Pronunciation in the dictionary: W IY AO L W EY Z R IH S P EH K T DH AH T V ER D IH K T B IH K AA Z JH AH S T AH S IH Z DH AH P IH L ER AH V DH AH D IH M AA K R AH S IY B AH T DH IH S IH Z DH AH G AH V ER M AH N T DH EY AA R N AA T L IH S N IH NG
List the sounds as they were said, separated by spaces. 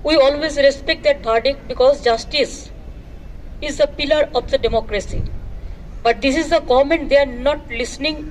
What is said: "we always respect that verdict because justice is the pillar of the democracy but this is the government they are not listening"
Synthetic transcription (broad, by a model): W IY AO L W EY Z R IH S P EH K T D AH T P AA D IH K B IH K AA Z JH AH S T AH S IH Z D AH P IH L ER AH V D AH D IH M AA K R AH S IY B AH T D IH S IH Z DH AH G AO M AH N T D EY AA R N AA T L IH S N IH NG